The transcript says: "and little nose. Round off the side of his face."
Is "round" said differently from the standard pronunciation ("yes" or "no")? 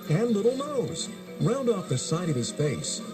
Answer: no